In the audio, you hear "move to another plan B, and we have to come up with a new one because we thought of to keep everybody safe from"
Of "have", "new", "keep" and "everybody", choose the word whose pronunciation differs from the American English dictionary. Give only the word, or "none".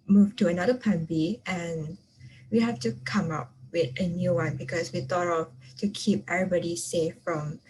have